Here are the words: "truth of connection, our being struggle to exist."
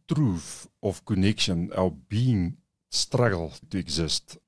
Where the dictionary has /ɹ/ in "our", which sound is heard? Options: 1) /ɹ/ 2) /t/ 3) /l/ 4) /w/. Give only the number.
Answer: 3